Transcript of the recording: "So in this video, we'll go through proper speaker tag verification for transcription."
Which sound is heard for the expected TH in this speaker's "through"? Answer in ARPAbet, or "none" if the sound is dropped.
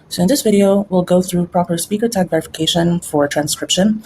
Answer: TH